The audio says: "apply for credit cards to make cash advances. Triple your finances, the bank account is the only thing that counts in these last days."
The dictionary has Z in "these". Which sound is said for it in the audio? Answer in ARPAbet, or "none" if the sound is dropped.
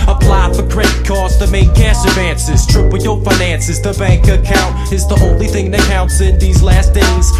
Z